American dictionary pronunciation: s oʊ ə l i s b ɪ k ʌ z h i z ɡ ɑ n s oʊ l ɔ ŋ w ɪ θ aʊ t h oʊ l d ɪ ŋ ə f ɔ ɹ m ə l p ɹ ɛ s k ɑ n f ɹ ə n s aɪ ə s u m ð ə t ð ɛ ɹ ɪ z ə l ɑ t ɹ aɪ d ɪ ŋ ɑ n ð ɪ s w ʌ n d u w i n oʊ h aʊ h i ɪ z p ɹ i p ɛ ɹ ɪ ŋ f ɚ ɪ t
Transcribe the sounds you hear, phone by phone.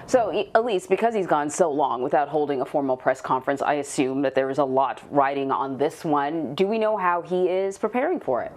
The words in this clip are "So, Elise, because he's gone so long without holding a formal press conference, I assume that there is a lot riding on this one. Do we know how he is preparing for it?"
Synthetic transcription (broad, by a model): s oʊ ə l i s b ɪ k ʌ z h i z ɡ ɑ n s oʊ l ɔ ŋ w ɪ θ aʊ t h oʊ l d ɪ ŋ ə f ɔ ɹ m l p ɹ ɛ s k ɑ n f ɹ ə n s aɪ ə s u m ð ə t ð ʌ ɹ ɪ z ə l ɑ t ɹ aɪ d ɪ ŋ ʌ n ð ɪ s w ʌ n d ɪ w i n oʊ h aʊ i ɪ z p ɹ i p ɛ ɹ ɪ ŋ f ɚ ɪ t